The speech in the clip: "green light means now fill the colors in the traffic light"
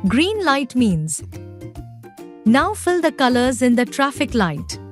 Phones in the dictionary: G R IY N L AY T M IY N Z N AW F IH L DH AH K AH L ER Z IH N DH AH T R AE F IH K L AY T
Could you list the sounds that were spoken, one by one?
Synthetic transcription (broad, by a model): G R IY N L AY T M IY N Z N AW F IH L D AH K AH L ER Z IH N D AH T R AE F IH K L AY T